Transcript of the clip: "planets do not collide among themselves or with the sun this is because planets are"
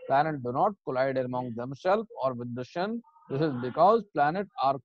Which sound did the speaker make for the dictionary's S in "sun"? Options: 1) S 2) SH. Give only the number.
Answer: 2